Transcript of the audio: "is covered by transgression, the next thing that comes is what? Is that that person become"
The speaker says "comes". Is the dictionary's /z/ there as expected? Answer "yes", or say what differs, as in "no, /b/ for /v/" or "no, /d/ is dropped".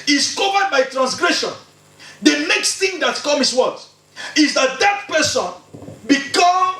no, /z/ is dropped